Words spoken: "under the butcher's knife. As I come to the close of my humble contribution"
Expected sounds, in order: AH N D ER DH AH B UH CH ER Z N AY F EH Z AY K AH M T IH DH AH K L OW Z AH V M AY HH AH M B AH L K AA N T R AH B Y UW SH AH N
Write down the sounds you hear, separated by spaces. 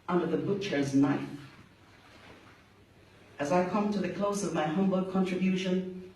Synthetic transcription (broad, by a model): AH N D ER DH AH B UH CH ER Z N AY F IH Z AY K AH M T IH DH AH K L OW Z AH V M AY HH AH M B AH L K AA N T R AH B Y UW SH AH N